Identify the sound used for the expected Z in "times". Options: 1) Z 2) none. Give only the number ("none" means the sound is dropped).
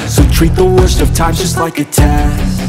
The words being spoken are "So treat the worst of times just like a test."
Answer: 2